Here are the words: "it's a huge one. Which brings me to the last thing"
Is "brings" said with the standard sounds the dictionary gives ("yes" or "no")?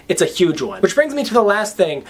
yes